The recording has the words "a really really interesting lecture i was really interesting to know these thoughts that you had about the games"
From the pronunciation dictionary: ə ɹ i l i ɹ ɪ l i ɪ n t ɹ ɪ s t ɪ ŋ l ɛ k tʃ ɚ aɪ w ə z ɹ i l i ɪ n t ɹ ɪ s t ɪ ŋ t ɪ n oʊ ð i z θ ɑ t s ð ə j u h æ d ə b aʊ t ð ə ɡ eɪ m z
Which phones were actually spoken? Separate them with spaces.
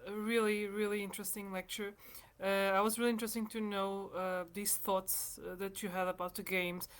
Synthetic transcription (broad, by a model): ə ɹ i l i ɹ ɪ l i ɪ n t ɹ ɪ s t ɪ ŋ l ɛ k tʃ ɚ aɪ w ə z ɹ i l i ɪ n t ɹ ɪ s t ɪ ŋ t ɪ n oʊ ð i z θ ɑ t s ð ə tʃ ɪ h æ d ə b aʊ t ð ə ɡ eɪ m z